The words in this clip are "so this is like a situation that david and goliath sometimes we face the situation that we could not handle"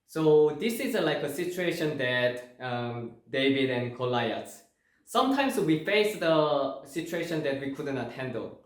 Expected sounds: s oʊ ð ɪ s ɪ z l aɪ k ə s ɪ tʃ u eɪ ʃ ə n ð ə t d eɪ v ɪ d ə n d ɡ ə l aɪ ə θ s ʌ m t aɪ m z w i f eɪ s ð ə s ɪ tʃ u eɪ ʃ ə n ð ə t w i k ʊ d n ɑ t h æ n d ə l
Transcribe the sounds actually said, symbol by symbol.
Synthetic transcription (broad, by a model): s oʊ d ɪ s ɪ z l aɪ k ə s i tʃ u eɪ ʃ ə n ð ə t d eɪ v ɪ d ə n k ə l aɪ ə s s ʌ m t aɪ m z w i f eɪ s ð ə s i tʃ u eɪ ʃ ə n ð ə t w i k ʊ d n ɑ t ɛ n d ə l